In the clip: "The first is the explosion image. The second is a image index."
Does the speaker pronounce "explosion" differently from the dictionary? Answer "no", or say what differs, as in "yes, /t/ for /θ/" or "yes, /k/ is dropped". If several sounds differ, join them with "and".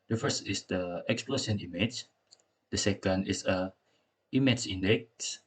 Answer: yes, /s/ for /ʒ/